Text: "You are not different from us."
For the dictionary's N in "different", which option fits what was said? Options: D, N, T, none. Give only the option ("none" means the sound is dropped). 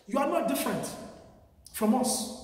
N